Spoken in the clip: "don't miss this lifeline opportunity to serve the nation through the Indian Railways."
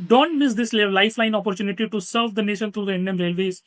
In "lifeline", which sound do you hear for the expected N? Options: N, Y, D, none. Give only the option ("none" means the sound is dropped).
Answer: N